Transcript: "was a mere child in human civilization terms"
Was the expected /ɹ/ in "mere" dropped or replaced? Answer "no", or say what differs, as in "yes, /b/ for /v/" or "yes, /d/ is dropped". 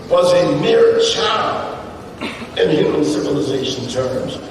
no